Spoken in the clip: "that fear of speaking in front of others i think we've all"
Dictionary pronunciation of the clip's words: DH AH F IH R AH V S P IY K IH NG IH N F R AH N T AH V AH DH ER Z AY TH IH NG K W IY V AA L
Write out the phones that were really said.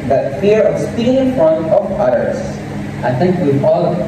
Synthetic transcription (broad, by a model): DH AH F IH R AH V S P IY IH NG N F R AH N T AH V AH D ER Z AY T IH NG K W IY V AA L